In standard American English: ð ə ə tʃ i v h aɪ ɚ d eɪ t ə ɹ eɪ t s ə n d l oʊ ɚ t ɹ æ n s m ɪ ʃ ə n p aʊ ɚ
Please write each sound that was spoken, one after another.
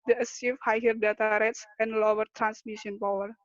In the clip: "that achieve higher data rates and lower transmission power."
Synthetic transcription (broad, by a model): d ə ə s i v h aɪ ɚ d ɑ t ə ɹ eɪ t s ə n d l oʊ ɚ t ɹ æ n s m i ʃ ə n p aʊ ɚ